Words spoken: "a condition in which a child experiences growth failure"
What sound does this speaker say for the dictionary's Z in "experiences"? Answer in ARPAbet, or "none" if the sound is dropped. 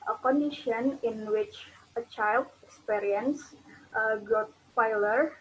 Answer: none